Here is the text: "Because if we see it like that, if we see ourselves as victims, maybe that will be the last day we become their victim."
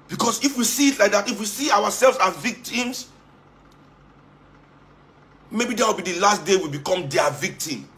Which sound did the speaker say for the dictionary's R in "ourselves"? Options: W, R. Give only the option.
W